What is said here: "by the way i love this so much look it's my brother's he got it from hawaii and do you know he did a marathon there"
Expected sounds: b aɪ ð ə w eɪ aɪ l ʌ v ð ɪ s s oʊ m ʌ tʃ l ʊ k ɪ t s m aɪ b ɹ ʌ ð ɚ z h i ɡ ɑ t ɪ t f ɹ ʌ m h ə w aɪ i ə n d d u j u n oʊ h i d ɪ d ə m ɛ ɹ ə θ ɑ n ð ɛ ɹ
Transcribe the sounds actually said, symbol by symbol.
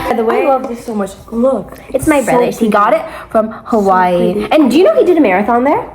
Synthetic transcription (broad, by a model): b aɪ ð ə w eɪ aɪ l ʌ v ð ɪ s s oʊ m ʌ tʃ l ʊ k ɪ t s m aɪ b ɹ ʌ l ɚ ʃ h i ɡ ɑ t ɪ t f ɹ ʌ m h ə w aɪ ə n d d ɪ j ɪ n oʊ h i d ɪ d ə m ɛ ɹ ə θ ɑ n ð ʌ ɹ